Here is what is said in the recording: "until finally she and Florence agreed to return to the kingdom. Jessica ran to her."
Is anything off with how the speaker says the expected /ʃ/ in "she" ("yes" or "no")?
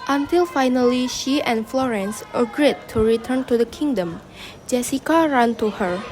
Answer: no